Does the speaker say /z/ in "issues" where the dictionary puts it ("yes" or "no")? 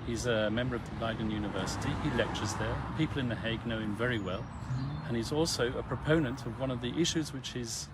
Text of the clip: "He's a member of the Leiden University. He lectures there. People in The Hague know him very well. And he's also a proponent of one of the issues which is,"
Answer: yes